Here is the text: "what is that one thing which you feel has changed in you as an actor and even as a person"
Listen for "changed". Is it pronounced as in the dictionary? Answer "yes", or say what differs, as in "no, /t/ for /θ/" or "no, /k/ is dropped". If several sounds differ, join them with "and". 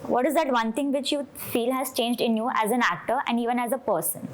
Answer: yes